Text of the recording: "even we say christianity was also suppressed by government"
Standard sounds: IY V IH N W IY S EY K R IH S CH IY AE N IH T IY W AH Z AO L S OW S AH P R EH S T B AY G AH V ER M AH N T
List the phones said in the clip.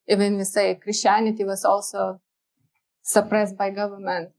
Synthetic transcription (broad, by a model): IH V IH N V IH S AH K R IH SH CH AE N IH T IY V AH S AO L S OW S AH P R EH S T B AY G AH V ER M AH N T